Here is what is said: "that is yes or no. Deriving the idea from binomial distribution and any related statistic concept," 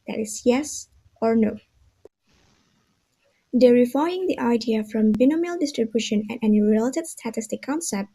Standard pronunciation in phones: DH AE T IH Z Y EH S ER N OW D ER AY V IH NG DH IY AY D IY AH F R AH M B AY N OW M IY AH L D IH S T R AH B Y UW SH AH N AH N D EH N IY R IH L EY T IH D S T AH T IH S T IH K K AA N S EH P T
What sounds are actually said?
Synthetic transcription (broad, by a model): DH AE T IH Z Y EH S ER N OW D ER AY IH NG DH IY AY D IY AH F R AH M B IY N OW M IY L D IH S T R AH B Y UW SH AH N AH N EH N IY R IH L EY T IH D S T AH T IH S T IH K K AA N S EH P T